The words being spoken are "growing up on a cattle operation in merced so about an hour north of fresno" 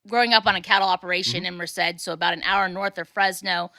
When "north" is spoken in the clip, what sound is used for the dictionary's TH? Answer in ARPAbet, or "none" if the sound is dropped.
TH